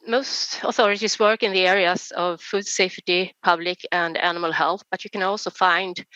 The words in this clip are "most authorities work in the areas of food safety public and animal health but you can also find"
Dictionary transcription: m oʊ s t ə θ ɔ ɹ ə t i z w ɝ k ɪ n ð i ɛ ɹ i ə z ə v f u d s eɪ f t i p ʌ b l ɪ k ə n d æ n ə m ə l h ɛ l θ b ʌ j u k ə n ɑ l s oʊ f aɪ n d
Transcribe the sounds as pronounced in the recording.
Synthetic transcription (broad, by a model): m oʊ s t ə θ ɔ ɹ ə t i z w ɝ k ɪ n ð i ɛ ɹ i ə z ə v f u d s eɪ f t i p ʌ b l ɪ k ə n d æ n ə m ə l h ɛ l θ b ʌ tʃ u k ə n ɑ l s oʊ f aɪ n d